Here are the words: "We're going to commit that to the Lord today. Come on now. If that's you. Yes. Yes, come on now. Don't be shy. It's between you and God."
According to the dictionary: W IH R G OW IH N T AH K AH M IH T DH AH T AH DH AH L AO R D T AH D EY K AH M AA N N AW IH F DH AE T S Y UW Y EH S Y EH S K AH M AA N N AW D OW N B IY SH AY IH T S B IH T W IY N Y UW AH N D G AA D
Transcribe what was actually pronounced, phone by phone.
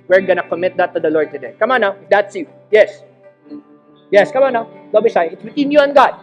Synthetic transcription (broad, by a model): W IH R G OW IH N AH K AH M IH T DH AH T AH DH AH L AO R D T AH D EY K AH M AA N N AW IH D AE T S Y UW Y EH S Y EH S K AH M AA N N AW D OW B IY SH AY IH T S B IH T W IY N Y UW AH N G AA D